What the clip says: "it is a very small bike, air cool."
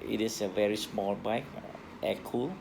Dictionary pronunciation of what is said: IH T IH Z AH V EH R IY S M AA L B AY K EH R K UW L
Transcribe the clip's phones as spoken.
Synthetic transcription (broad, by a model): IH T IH S AH V EH R IY S M AA L B AY K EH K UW L